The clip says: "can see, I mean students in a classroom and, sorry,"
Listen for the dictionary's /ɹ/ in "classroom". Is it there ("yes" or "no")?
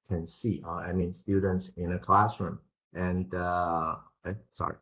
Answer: yes